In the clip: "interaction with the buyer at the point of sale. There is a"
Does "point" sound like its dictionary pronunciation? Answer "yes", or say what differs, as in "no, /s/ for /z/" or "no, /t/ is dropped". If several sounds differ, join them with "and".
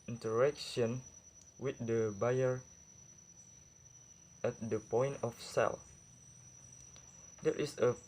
yes